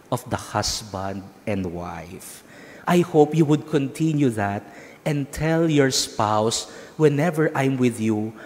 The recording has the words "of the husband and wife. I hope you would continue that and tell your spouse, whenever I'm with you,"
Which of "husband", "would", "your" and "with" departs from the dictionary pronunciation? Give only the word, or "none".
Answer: husband